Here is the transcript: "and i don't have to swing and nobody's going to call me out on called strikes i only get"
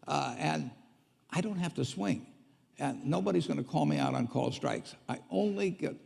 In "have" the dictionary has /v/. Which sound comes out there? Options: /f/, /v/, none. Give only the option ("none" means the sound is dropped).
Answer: /f/